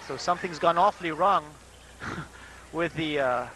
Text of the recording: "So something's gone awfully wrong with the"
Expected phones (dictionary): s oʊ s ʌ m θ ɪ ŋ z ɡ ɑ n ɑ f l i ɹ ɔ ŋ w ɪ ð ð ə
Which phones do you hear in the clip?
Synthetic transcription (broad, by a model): s oʊ s ʌ m θ ɪ ŋ z ɡ ɑ n ɑ f l i ɹ ɔ ŋ w ɪ ð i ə